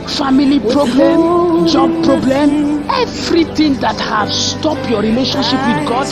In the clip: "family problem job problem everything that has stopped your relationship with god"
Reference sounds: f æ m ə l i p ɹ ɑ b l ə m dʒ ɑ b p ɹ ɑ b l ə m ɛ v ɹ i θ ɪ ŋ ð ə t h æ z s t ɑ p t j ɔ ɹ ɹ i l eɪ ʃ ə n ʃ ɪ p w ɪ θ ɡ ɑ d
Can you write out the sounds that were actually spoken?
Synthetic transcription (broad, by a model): f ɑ m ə l i p ɹ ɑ b l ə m dʒ ɑ b p ɹ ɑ b l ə m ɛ v ɹ i t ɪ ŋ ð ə t h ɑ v s t ɑ p j ɔ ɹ ɹ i l eɪ ʃ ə n ʃ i p w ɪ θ ɡ ɑ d